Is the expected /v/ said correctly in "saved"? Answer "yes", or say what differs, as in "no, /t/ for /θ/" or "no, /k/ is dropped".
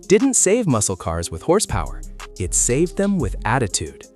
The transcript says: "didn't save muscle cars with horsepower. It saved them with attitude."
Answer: yes